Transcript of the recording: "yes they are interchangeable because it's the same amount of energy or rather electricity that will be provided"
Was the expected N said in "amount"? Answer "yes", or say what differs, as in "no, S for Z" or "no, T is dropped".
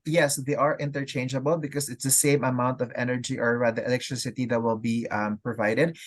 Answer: yes